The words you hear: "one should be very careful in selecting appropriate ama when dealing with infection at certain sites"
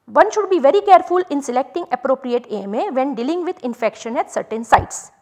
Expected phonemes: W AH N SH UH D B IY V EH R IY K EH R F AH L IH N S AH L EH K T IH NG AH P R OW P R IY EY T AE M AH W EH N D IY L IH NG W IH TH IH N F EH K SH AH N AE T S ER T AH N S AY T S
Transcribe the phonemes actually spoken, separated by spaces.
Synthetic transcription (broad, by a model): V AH N SH UH D B IY V EH R IY K EH R F AH L IH N S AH L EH K T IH NG AH P R OW P R IY EY T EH M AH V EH N D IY L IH NG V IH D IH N F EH K SH AH N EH T S ER T AH N S AY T S